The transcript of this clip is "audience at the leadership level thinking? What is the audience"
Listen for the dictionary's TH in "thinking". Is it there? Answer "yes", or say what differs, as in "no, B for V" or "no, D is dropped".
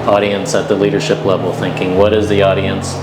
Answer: yes